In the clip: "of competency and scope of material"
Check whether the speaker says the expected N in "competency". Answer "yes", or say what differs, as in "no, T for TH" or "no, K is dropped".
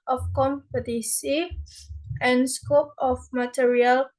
no, N is dropped